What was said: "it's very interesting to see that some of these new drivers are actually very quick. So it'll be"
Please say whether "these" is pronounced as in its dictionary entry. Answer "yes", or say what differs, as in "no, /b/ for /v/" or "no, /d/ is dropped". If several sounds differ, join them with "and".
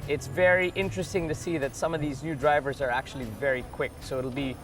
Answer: yes